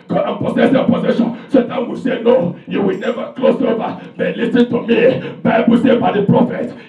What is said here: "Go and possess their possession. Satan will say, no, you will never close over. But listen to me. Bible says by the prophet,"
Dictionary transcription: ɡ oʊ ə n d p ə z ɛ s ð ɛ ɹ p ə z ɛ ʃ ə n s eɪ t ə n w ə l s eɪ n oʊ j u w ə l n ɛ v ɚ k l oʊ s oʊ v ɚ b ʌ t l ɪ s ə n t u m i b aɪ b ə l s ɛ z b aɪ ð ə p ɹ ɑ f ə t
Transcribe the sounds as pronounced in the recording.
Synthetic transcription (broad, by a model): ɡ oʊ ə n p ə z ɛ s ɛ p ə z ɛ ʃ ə n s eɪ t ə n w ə s eɪ n oʊ j u w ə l n ɛ v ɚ k l oʊ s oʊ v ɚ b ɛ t l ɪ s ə n t u m i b aɪ b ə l s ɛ b aɪ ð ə p ɹ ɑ f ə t